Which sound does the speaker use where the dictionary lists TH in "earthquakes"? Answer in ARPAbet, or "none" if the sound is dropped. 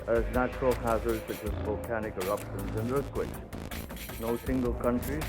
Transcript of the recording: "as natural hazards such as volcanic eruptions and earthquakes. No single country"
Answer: S